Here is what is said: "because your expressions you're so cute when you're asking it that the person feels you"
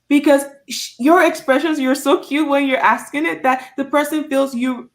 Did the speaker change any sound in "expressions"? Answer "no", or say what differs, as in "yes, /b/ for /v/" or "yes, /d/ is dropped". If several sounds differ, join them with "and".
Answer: no